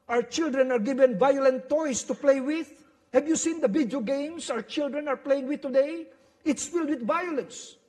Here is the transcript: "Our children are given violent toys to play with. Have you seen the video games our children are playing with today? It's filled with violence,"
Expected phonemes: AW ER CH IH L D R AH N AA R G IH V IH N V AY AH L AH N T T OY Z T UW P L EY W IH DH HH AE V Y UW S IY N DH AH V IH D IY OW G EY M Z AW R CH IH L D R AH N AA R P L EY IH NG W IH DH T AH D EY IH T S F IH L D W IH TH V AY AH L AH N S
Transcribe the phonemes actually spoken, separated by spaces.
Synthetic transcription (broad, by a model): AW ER CH IH L D R AH N AA R G IH V IH N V AY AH L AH N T T OY S T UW P L EY W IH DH HH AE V Y UW S IY N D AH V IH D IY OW G EY M S AW R CH IH L D R AH N AA R P L EY IH NG W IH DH T AH D EY IH T S F IH L D W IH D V AY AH L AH N S